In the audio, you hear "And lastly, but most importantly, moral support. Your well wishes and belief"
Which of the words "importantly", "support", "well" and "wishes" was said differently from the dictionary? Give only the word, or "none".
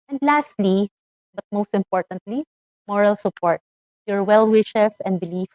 wishes